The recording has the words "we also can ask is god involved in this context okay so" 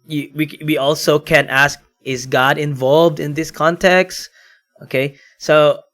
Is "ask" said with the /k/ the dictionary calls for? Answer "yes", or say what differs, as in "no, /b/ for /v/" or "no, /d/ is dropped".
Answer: yes